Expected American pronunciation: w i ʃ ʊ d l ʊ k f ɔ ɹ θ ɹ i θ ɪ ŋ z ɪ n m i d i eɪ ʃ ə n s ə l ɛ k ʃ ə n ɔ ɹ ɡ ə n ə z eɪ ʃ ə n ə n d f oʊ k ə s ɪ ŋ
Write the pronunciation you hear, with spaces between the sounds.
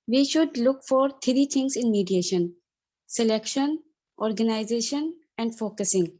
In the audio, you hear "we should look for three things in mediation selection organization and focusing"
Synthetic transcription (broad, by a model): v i ʃ ʊ d l ʊ k f ɔ ɹ t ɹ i t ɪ ŋ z ɪ n m i d i eɪ ʃ ə n s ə l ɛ k ʃ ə n ɔ ɹ ɡ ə n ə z eɪ ʃ ə n ə n d f oʊ k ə s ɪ ŋ